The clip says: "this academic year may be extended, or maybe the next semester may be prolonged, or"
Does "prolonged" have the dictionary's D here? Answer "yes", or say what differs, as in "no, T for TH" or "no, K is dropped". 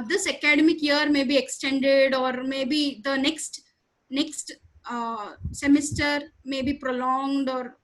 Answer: yes